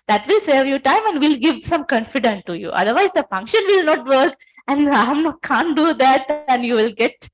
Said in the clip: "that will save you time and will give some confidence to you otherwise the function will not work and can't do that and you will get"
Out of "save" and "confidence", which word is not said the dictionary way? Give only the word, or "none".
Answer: confidence